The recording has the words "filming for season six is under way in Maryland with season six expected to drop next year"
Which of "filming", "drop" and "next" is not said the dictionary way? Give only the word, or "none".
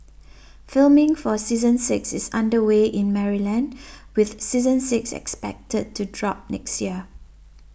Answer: none